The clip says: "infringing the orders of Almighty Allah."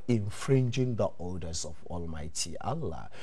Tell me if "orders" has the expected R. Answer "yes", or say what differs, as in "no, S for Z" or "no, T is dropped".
no, L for R